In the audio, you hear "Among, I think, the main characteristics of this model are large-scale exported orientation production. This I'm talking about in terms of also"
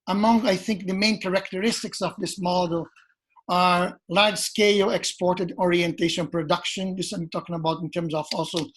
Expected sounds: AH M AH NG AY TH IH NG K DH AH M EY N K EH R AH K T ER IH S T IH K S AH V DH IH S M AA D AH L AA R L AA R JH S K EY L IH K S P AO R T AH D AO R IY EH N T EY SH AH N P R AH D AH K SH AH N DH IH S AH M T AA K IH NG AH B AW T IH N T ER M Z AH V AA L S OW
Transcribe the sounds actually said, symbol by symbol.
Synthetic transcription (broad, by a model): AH M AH NG AY TH IH NG K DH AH M EY N K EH R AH K T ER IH S T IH K S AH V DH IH S M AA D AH L AA R L AA R JH S K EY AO IH K S P AO R T AH D AO R IY EH N T EY SH AH N P R AH D AH K SH AH N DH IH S AH M T AA K IH NG AH B AW T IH N T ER M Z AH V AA L S OW